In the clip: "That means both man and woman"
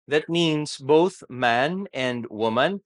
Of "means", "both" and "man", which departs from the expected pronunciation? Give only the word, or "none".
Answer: none